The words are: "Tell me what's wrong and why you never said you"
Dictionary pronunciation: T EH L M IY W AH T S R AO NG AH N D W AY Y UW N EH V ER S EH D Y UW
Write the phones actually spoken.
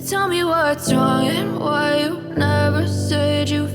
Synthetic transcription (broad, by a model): T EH L M IY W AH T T R AO NG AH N W AY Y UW N EH V ER S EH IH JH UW